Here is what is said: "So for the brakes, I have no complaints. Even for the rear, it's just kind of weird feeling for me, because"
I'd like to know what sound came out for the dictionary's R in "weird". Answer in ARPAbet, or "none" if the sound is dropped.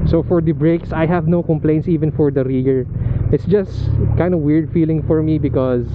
R